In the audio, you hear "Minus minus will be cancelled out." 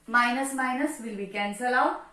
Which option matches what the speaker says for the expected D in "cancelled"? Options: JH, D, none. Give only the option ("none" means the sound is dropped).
none